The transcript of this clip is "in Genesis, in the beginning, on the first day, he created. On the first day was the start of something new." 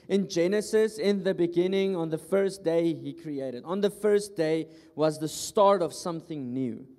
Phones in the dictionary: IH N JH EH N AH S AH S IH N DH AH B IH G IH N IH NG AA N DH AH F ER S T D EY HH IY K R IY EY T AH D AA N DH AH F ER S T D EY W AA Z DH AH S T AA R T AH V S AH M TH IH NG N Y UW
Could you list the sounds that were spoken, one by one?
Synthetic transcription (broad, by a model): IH N JH EH N AH S AH S IH N DH AH B IH G IH N IH NG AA N DH AH F ER S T D EY HH IY K R IY EY T AH D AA N DH AH F ER S T D EY W AA Z DH AH S T AA R T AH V S AH M TH IH NG N Y UW